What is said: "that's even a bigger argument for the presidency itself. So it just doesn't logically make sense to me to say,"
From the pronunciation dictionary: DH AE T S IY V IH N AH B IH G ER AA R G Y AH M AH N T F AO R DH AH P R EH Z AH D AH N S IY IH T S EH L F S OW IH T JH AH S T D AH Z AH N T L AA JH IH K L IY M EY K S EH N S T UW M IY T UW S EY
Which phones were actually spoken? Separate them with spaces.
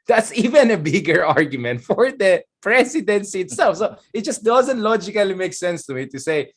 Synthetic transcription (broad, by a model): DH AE T S IY V IH N AH B IH G ER AA R G Y AH M AH N T F AO R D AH P R EH S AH D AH N S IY IH T S EH L F S OW IH T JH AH S T D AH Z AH N T L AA JH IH K L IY M EY K S EH N S T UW M IY T UW S EY